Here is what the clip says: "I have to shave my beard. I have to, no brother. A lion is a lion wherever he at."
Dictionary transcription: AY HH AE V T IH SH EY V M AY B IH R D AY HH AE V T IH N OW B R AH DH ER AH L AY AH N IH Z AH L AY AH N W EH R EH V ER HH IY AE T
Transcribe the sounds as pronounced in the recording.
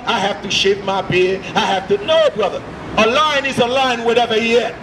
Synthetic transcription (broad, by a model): AY HH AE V T IH SH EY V M AY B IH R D AY HH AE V T IH N OW B R AH DH ER AH L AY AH N IH Z AH L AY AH N W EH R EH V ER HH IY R